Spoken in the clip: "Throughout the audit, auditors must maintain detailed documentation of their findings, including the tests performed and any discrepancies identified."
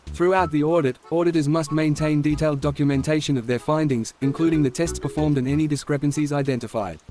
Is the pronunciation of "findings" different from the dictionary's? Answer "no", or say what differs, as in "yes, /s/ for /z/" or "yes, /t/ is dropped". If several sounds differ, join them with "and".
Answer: no